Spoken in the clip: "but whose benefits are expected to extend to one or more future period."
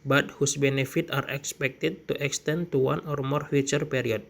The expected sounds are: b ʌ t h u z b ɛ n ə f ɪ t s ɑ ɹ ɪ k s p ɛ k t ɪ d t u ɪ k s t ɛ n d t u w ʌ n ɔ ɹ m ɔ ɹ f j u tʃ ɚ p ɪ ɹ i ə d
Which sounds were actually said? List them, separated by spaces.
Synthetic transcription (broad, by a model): b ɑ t h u s b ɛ n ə f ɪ t ɑ ɹ ɪ k s p ɛ k t ɪ d t u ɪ k s t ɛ n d t u w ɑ n ɔ ɹ m ɔ ɹ f j u tʃ ɚ p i ɹ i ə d